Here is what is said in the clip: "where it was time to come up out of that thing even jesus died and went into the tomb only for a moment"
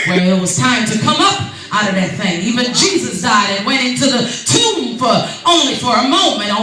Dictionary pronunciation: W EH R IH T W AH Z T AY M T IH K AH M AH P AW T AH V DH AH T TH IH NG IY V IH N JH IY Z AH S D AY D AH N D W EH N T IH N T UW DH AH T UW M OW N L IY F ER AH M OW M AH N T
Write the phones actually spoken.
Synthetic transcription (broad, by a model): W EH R IH T W AH Z T AY M T IH K AH M AH P AW T AH V DH AH T TH IH NG IY V IH N JH IY Z AH S D AY D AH N W EH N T IH N T UW DH AH T UW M OW N L IY F ER AH M OW M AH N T